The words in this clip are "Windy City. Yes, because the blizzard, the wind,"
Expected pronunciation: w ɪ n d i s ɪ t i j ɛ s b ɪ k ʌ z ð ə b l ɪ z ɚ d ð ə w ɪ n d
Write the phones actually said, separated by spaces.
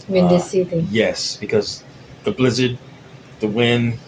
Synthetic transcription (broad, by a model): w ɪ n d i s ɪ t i j ɛ s b ɪ k ʌ z ð ə b l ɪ z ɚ d ð ə w ɪ n